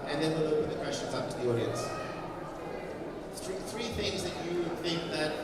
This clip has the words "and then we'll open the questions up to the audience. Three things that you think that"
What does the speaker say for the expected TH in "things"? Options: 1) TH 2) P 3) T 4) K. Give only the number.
1